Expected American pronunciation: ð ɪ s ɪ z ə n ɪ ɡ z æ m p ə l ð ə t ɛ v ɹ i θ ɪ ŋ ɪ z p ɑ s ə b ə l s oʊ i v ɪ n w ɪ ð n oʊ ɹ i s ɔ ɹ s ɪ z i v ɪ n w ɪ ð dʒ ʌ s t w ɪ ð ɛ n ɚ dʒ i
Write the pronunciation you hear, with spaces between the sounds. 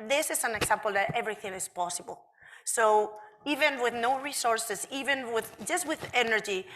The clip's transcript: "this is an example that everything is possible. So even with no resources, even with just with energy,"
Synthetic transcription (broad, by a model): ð ɪ s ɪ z ə n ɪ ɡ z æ m p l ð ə t ɛ v ɹ i θ ɪ ŋ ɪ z p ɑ s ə b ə l s oʊ i v ɪ n w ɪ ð n oʊ ɹ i s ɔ ɹ s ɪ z i v ɪ n w ɪ ð dʒ ʌ s t w ɪ ð ɛ n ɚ dʒ i